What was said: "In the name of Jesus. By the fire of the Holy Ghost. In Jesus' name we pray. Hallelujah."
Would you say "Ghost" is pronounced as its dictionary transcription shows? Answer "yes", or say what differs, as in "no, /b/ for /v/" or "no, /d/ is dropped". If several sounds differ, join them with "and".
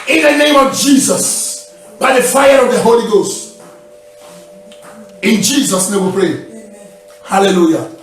yes